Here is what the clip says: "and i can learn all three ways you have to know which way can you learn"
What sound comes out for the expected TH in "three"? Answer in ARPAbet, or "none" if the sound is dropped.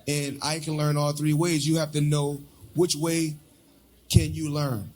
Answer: TH